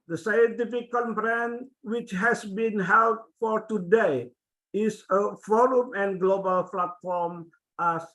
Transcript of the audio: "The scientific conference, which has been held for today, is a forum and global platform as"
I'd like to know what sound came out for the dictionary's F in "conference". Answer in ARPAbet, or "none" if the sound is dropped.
P